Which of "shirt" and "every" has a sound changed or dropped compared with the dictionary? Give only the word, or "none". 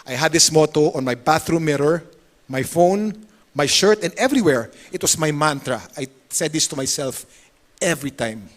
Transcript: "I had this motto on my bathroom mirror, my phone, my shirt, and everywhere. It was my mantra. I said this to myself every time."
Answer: none